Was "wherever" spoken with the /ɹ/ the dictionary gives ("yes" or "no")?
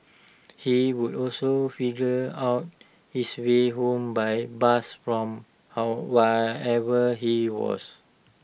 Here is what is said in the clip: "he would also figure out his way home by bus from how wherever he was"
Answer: no